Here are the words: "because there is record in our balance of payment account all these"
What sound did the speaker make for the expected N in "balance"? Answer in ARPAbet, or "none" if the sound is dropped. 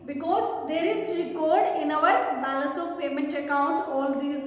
none